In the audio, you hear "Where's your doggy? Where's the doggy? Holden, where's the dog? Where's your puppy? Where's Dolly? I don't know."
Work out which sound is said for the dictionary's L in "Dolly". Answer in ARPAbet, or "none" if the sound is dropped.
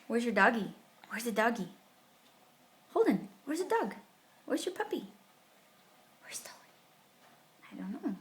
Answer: none